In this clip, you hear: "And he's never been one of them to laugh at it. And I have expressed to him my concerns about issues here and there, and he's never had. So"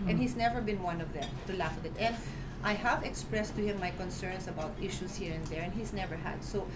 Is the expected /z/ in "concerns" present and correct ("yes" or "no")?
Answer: no